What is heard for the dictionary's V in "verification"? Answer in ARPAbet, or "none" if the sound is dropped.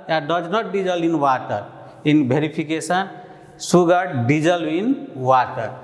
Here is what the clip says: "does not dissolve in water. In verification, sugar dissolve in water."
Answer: B